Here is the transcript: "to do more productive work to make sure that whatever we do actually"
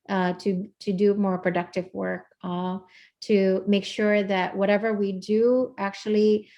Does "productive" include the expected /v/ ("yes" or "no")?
yes